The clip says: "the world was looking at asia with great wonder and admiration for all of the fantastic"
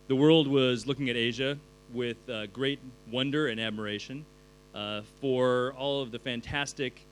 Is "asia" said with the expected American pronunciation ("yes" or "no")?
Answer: yes